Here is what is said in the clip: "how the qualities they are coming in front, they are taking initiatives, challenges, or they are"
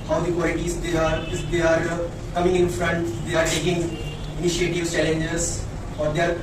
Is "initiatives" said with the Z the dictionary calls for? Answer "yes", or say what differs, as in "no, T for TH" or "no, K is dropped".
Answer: no, Z is dropped